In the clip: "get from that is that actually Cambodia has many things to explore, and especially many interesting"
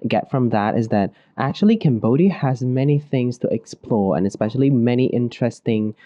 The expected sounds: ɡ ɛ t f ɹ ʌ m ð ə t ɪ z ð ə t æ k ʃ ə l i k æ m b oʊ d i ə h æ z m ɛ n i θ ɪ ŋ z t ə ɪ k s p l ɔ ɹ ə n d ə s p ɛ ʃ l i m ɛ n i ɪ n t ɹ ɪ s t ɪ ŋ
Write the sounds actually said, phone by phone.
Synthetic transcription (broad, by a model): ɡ ɛ t f ɹ ʌ m ð ə t ɪ z ð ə t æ k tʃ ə l i k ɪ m b oʊ d i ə z m ɛ n i θ ɪ ŋ z t ə ɪ k s p l ɔ ɹ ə n ə s p ɛ ʃ l i m ɛ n i ɪ n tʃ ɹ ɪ s t ɪ ŋ